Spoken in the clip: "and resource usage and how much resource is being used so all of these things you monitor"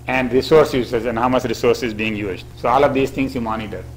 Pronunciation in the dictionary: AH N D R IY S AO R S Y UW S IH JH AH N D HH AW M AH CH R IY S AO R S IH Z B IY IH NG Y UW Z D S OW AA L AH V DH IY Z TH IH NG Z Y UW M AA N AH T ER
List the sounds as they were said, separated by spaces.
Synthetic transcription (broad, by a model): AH N D R IY S AO R S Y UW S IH Z AH N D HH AW M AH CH R IY S AO R S IH Z B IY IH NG Y UW Z D S OW AA L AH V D IY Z T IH NG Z Y UW M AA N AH T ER